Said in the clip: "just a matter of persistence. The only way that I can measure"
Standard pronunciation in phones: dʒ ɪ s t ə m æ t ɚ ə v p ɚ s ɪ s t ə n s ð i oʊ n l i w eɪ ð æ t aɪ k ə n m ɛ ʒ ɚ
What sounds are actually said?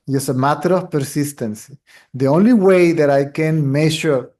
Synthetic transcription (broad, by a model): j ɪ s ə m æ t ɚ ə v p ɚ s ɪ s t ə n s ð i oʊ n l i w eɪ ð æ t aɪ k ə n m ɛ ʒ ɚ